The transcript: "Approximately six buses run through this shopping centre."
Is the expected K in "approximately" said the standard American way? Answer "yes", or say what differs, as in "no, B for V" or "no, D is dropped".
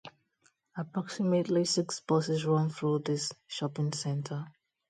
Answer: yes